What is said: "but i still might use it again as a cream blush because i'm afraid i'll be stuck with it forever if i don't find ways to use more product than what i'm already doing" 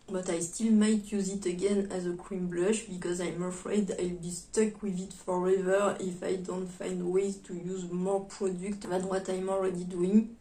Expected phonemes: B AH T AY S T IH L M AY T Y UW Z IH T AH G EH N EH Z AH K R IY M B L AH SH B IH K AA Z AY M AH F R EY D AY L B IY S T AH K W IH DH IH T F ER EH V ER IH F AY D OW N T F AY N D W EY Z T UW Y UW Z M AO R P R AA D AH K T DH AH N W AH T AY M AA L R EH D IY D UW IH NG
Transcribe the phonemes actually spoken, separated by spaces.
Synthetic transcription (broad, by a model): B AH T AY S T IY L M AY T Y UW Z IH T AH G EH N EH Z AH K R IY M B L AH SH B IH K AA Z AY M AH F R EY D AY L B IY S T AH K W IH DH IH T F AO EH V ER IH F AY D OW N T F AY N D W EY Z T UW Y UW Z M AO R P R AA D AH K T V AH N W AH T AY M AA L R EH D IY D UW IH NG